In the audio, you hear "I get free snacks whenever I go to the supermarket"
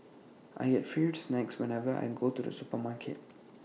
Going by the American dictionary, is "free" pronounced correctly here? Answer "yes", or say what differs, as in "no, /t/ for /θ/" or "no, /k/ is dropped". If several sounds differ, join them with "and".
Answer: no, /ɹ/ is dropped